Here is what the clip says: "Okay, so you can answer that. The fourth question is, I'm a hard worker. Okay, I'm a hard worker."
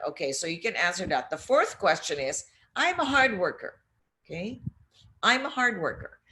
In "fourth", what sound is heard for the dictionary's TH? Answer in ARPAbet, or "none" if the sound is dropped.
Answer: TH